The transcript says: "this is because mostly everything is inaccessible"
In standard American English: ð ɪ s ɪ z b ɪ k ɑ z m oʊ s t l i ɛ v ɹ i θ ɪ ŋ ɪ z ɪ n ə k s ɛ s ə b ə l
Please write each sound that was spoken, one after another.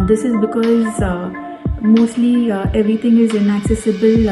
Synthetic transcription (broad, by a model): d ɪ s ɪ z b ɪ k ɑ z m oʊ s t l i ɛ v ɹ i t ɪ ŋ ɪ z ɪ n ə k s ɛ s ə b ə l